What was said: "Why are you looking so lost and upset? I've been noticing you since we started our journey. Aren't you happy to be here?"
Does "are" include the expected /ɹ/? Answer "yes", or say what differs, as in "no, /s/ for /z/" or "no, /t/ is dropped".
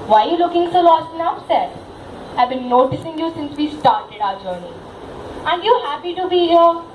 no, /l/ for /ɹ/